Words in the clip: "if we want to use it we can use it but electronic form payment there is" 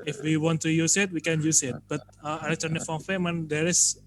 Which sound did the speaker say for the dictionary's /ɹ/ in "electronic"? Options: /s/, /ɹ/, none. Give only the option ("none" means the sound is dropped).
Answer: none